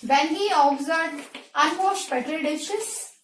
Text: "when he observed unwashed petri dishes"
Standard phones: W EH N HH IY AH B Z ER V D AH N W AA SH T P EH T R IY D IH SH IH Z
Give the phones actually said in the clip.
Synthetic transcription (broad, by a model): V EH N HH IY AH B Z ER D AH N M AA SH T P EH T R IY D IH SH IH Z